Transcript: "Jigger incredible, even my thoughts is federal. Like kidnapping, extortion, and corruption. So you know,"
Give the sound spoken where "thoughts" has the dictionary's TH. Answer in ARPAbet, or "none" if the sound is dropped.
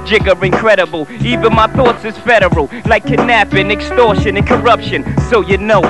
TH